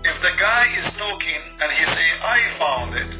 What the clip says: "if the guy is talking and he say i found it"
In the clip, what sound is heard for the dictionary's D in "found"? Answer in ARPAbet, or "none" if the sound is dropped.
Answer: D